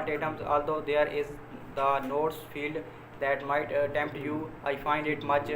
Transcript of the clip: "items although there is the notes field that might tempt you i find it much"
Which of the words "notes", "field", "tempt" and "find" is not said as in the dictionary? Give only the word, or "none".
none